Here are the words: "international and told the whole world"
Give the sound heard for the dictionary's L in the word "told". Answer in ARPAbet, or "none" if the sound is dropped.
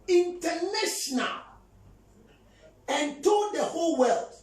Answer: none